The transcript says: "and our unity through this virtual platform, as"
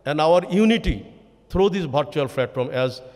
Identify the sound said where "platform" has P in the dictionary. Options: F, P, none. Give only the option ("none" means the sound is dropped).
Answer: F